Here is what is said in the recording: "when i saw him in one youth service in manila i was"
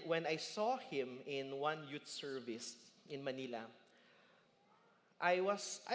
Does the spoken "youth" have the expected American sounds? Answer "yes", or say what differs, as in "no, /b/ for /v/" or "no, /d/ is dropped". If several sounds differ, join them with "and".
no, /t/ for /θ/